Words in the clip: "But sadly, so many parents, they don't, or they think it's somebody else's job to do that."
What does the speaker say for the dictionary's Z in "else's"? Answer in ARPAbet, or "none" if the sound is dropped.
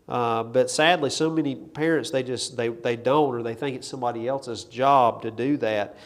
Z